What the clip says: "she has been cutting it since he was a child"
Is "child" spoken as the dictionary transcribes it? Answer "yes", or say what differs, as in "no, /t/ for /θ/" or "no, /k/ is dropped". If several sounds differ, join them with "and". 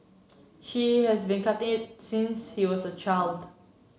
yes